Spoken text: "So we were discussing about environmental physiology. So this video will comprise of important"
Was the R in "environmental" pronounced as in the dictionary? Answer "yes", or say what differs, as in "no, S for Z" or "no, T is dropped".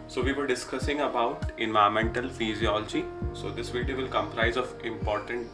no, R is dropped